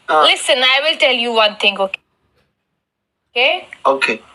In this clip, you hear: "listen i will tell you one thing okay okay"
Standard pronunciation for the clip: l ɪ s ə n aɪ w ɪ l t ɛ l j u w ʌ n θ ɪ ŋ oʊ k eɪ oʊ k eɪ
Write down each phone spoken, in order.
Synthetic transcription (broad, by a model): l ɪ s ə n aɪ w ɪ l t ɛ l j u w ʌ n t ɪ ŋ oʊ k eɪ oʊ k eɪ